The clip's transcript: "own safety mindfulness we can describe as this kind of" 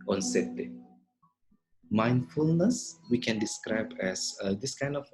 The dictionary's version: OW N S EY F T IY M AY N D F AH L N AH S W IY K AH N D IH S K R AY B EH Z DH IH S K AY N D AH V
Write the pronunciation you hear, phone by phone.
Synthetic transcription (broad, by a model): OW N S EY T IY M AY N D F AH L N AH S W IY K AH N D IH S K R AY B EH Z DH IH S K AY N D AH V